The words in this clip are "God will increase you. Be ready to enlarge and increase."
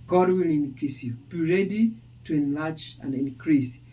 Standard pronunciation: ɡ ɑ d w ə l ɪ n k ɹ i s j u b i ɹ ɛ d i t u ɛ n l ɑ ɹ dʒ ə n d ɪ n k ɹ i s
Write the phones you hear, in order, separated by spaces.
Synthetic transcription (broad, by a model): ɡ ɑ d w ə l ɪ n k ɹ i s j u b i ɹ ɛ d i t u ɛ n l ɑ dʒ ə n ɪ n k ɹ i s